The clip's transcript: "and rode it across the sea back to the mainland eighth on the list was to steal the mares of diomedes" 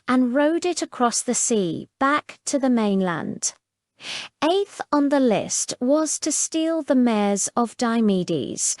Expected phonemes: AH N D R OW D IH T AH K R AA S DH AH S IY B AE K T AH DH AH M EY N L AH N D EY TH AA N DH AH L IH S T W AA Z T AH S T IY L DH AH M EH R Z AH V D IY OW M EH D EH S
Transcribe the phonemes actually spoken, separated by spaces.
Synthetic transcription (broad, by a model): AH N R OW D IH T AH K R AA S DH AH S IY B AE K T AH DH AH M EY N L AH N D EY TH N DH AH L IH S T W AA Z T AH S T IY L DH AH M EH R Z AH V D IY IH M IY D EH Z